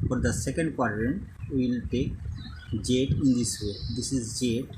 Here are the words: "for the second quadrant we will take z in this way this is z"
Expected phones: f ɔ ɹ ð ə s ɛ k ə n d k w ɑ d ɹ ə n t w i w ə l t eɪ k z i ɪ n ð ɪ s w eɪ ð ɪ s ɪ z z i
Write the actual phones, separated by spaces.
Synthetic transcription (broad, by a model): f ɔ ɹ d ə s ɛ k ə n d k w ɑ d ɹ ə n t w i l t eɪ k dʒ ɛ ɪ n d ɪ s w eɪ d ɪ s ɪ z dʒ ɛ